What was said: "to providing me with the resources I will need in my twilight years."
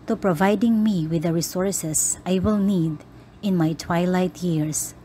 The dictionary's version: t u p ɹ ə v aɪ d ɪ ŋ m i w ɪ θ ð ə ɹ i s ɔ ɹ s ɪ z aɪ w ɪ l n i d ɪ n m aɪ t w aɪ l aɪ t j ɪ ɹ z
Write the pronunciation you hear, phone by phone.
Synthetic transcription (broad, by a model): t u p ɹ ə v aɪ d ɪ ŋ m i w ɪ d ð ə ɹ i s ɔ ɹ s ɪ s aɪ w ɪ l n i d ɪ n m aɪ t w aɪ l aɪ t j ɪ ɹ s